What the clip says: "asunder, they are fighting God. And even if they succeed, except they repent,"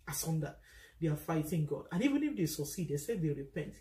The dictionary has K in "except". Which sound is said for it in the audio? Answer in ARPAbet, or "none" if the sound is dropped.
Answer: none